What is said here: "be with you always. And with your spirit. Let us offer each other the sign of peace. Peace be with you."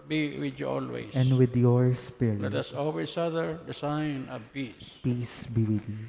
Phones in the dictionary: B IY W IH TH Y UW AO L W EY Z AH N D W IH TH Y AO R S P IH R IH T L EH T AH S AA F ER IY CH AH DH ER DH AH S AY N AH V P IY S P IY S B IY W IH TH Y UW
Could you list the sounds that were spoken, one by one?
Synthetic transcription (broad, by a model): B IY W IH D Y UW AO L W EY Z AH N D W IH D Y AO R S P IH R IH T L EH T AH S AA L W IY S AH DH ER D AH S AY N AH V P IY S P IY S B IY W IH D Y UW